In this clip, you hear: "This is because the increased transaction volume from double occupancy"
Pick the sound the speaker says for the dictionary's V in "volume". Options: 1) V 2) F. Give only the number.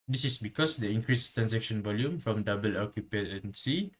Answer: 1